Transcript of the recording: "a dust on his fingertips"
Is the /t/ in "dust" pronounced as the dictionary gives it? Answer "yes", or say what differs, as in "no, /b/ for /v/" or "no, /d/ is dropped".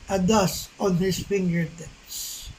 no, /t/ is dropped